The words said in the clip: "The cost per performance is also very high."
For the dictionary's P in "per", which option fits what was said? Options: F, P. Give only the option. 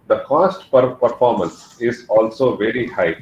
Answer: P